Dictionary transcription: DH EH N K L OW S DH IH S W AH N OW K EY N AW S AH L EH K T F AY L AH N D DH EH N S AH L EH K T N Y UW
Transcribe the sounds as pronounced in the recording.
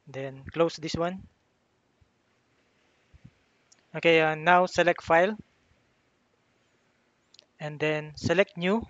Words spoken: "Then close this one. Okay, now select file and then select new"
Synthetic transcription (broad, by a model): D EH N K L OW S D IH S W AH N OW K EY N AW S AH L EH K T F AY L AH N D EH N S AH L EH K T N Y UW